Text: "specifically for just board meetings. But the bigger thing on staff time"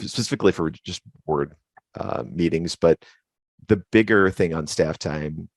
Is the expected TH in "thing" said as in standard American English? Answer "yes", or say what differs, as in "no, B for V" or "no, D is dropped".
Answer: yes